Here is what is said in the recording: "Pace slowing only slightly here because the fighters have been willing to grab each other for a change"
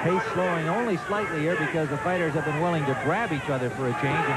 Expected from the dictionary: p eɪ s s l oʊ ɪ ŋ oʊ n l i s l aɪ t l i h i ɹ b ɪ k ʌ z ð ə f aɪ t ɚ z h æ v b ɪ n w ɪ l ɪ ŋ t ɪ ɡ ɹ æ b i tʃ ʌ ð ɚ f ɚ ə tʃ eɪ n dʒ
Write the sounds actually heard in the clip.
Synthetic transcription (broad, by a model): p eɪ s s l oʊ ɪ ŋ oʊ n l i s l aɪ t l i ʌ ɹ b ɪ k ʌ z ð ə f aɪ t ɚ z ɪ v b ɪ n w ɪ l ɪ ŋ t ɪ ɡ ɹ æ b i tʃ ʌ ð ɚ f ɚ ə tʃ eɪ n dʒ